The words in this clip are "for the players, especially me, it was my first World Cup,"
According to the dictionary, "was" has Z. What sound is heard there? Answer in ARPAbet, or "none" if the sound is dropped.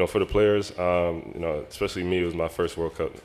Z